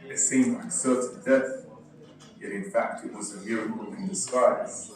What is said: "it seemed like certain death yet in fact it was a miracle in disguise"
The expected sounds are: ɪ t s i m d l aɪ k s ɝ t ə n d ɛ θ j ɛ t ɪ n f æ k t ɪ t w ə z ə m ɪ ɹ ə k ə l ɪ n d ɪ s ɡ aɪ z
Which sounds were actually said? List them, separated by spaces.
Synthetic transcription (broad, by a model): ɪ t s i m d l aɪ k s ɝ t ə d ɛ θ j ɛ t ɪ n f æ k t ɪ t w ə z ə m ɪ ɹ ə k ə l ɪ n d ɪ s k aɪ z